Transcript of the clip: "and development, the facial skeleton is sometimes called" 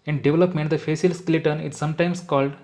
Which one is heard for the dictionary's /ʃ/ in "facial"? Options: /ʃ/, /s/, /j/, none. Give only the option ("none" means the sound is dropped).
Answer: /s/